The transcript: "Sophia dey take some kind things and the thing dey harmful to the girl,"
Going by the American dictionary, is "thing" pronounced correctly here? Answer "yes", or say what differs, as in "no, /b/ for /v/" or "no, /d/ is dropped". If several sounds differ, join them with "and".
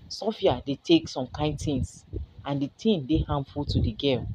no, /t/ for /θ/